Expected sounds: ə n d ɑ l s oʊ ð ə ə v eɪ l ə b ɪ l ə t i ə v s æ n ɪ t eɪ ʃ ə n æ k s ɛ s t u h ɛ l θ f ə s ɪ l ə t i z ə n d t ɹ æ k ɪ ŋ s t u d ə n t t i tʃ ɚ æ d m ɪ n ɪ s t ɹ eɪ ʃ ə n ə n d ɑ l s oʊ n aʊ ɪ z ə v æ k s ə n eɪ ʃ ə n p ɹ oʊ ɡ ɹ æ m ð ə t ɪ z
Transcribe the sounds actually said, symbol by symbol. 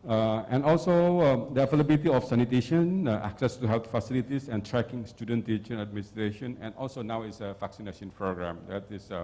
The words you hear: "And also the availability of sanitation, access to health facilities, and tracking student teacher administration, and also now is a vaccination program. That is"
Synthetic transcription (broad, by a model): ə n ɑ l s oʊ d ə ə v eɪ l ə b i l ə t i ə f s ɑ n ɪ t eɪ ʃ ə n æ k s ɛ s t u h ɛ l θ f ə s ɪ l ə t i s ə n t ɹ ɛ k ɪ ŋ s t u d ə n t t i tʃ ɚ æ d m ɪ n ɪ s t ɹ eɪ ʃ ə n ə n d ɑ l s oʊ n aʊ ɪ s ə f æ k s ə n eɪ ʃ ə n p ɹ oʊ ɡ ɹ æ m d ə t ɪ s